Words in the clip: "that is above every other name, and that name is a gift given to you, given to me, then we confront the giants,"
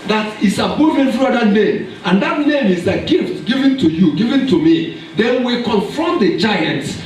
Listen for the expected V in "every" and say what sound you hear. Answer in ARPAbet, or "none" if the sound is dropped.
F